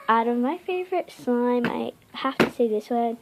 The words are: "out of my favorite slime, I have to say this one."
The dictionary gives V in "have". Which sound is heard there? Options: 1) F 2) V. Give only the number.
1